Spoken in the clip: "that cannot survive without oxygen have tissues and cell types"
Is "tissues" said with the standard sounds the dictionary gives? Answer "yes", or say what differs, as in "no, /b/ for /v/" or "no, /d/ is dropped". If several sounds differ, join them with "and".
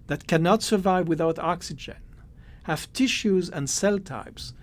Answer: yes